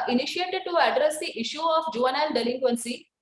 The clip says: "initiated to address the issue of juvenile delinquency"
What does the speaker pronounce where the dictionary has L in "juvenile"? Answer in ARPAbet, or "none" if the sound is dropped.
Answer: N